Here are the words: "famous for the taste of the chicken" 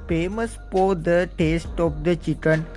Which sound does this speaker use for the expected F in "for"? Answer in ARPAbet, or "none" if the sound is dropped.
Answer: P